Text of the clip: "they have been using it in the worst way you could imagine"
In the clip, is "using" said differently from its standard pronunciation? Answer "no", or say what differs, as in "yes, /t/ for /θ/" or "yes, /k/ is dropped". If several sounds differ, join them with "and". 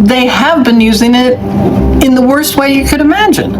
no